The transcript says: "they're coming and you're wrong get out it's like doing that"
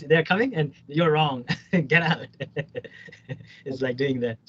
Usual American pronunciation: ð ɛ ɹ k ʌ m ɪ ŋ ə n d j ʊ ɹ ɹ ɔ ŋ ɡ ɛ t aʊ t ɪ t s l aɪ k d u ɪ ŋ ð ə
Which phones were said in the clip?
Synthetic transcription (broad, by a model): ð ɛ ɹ k ʌ m ɪ ŋ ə n j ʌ ɹ ɹ ɔ ŋ ɡ ɛ t aʊ t ɪ t s l aɪ k d u ɪ ŋ ð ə